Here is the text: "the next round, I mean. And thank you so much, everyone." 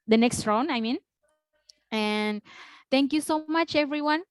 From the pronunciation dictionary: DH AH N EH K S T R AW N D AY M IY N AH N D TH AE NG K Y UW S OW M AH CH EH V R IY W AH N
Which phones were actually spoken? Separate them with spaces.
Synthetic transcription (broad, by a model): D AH N EH K S T R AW N AY M IY N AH N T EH NG K Y UW S OW M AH CH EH V R IY W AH N